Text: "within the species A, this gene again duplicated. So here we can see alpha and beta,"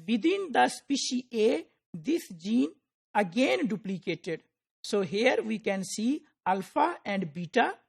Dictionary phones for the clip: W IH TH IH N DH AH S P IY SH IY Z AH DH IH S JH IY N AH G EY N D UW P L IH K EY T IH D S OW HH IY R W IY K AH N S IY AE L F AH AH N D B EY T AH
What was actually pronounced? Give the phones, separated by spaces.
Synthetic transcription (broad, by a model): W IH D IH N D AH S P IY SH IY AH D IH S JH IY N AH G EY N D UW P L IH K EY T IH D S OW HH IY R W IY K AH N S IY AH L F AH AH N D B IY T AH